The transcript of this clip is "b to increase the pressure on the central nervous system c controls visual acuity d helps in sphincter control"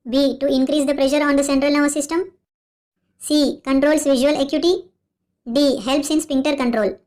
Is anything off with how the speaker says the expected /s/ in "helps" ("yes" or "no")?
no